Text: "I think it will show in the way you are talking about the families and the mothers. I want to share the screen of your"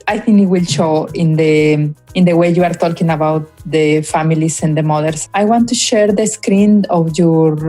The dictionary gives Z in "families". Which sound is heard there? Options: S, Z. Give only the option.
S